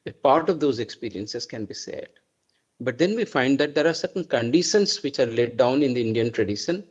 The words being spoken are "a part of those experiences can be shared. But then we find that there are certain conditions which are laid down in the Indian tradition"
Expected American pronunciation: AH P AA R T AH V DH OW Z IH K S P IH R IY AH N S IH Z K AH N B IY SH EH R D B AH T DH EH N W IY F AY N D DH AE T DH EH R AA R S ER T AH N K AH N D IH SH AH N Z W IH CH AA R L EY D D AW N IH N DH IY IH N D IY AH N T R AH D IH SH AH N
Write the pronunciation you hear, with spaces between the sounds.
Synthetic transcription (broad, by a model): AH P AA R T AH V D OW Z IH K S P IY R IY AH N S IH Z K AH N B IY S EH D B AH T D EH N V IY F AY N D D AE T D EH R AA R S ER T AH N K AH N D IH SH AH N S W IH CH AA R L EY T D AW N IH N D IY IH N D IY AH N T R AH D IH SH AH N